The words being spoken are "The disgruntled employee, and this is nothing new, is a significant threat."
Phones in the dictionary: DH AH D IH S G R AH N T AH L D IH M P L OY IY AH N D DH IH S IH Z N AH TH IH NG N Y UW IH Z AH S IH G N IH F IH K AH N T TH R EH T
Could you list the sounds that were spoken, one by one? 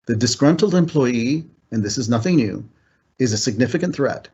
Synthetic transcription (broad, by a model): DH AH D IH S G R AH N T L D IH M P L OY IY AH N DH IH S IH Z N AH TH IH NG N Y UW IH Z AH S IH G N IH F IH K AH N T TH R EH T